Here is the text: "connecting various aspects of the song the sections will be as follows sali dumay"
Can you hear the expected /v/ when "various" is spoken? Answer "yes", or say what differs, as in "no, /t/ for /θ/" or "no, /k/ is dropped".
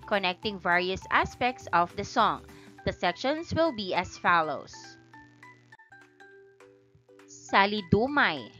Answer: yes